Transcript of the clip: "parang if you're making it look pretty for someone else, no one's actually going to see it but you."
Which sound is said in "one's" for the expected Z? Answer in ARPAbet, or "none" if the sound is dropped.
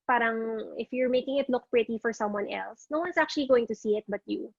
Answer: S